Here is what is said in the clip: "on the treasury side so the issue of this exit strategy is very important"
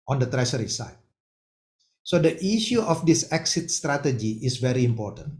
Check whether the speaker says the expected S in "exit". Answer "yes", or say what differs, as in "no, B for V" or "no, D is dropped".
yes